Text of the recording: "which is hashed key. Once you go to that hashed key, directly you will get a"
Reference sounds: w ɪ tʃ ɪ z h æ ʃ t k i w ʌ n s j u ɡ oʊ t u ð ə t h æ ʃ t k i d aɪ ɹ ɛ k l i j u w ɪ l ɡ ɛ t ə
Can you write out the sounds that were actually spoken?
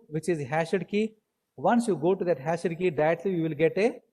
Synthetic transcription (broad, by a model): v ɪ tʃ ɪ z h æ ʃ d k i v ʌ n s j u ɡ oʊ t u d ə t h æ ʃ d k i d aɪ ɛ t l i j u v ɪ l ɡ ɛ t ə